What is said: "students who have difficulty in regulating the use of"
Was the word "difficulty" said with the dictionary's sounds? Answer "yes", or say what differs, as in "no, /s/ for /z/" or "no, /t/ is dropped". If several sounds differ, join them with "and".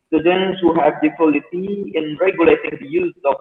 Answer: no, /l/ is dropped